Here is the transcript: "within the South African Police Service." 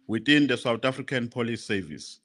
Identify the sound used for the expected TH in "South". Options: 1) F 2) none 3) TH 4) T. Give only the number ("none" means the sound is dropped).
4